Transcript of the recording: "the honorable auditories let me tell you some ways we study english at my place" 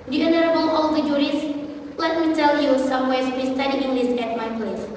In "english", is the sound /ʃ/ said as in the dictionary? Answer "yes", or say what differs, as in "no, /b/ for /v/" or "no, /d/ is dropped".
no, /s/ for /ʃ/